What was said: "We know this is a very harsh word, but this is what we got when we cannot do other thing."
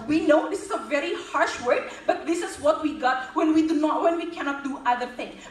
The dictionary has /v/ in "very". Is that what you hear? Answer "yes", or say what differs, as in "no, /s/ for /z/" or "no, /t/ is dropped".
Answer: yes